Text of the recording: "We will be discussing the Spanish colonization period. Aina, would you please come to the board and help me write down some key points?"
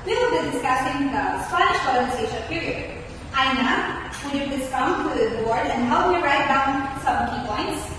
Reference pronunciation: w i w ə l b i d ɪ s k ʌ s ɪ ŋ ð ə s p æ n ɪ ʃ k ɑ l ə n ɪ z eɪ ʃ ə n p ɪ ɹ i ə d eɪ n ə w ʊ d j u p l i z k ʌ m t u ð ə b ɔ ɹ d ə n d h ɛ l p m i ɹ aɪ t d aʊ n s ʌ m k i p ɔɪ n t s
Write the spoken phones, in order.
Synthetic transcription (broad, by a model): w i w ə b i d ɪ s k ʌ s ɪ ŋ ð ə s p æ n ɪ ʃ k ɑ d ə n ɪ s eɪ ə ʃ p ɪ ɹ i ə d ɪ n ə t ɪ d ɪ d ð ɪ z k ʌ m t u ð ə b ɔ ɹ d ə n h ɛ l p m i ɹ aɪ t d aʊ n s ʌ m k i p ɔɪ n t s